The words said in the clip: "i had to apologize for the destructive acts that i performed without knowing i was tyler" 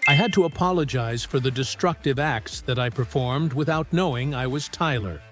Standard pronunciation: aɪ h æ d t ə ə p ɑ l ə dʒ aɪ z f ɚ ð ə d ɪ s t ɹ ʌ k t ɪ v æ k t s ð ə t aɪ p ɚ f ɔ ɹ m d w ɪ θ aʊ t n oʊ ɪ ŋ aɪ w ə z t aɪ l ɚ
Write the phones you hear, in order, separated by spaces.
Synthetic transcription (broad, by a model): aɪ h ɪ d t ə ə p ɑ l ə dʒ aɪ z f ɚ ð ə d ɪ s t ɹ ʌ k t ɪ v æ k t s ð ə t aɪ p ɚ f ɔ ɹ m d w ɪ θ aʊ t n oʊ ɪ ŋ aɪ w ə z t aɪ l ɚ